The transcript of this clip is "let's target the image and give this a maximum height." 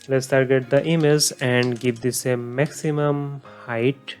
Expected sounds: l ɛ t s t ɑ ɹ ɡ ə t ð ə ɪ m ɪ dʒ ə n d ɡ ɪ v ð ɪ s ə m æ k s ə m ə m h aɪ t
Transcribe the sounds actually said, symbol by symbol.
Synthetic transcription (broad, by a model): l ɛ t s t ɑ ɹ ɡ ə t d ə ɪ m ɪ z ə n d ɡ ɪ v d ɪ s ə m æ k s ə m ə m h aɪ t